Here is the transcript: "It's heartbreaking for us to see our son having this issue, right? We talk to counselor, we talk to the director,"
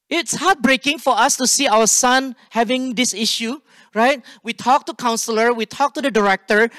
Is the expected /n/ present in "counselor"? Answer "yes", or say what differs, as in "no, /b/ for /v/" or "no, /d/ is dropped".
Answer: yes